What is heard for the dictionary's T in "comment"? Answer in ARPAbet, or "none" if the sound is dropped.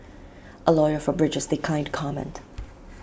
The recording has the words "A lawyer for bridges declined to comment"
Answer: T